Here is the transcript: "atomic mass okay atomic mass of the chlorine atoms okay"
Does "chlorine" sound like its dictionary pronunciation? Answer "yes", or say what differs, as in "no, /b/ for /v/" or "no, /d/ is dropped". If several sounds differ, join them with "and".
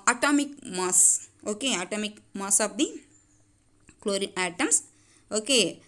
no, /n/ is dropped